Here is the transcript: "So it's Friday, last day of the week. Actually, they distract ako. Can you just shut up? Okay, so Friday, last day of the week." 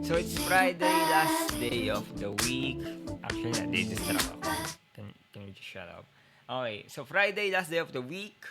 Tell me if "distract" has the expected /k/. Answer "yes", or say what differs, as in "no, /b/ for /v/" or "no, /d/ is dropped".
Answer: no, /k/ is dropped